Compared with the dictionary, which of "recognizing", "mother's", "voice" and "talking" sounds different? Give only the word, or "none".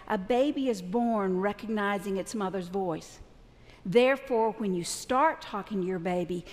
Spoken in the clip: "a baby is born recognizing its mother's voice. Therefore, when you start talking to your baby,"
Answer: none